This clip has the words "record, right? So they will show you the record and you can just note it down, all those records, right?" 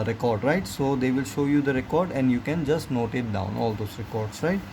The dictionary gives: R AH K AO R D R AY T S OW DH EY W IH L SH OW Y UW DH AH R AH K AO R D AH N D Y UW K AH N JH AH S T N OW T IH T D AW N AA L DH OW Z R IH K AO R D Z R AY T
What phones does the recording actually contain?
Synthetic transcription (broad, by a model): R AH K AO R D R AY T S OW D EY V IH L SH OW Y UW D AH R AH K AO R D AH N D Y UW K AH N JH AH S T N OW T IH T D AW N AA L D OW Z R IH K AO R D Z R AY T